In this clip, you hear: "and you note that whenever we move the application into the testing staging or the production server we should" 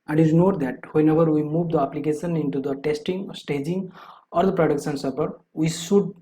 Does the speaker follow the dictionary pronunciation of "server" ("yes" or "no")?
no